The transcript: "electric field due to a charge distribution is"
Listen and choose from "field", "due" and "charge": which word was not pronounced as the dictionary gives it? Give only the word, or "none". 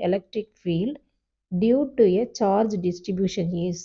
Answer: none